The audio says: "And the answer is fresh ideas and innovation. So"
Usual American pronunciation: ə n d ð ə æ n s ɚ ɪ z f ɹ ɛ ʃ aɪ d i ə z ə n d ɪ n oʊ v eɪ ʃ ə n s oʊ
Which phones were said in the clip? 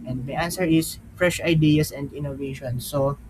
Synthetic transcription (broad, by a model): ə n d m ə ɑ n s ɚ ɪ s f ɹ ɛ ʃ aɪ d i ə s ə n d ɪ n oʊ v eɪ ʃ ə n s oʊ